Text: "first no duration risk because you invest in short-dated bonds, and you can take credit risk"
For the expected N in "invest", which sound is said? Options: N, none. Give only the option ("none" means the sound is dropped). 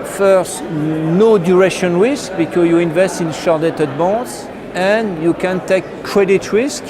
N